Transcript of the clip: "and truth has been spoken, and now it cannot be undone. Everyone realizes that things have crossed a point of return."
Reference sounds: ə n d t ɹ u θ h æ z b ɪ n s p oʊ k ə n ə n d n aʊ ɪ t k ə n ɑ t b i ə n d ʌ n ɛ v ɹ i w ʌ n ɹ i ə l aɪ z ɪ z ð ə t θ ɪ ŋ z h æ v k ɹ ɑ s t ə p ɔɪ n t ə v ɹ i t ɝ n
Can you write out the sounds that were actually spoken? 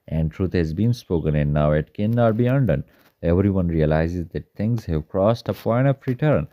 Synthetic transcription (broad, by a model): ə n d t ɹ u t h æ z b ɪ n s p oʊ k ə n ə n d n aʊ ɪ t k ə n ɑ t b i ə n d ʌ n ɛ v ɹ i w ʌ n ɹ i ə l aɪ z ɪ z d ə t t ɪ ŋ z h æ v k ɹ ɑ s t ə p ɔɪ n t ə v ɹ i t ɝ n